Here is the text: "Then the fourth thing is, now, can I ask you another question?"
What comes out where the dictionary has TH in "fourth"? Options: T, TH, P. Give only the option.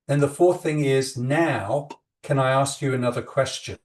TH